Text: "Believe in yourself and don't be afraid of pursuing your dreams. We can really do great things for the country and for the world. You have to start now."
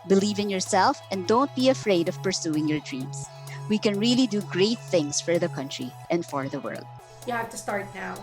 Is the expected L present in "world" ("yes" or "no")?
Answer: yes